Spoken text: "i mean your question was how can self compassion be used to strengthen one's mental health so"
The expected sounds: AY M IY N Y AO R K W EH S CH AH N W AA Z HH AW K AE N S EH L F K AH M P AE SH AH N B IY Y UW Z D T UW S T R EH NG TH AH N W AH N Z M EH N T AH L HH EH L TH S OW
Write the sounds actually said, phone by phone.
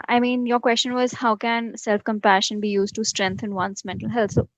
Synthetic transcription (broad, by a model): AY M IY N Y AO R K W EH S CH AH N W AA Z HH AW K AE N S EH L F K AH M P AE SH AH N B IY Y UW Z D T UW S T R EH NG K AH N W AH N S M EH N T AH L HH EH L T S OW